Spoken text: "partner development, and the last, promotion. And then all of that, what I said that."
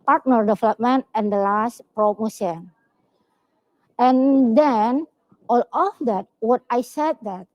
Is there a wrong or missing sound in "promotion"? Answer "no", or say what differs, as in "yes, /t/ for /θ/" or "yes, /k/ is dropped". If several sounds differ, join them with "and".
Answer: yes, /s/ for /ʃ/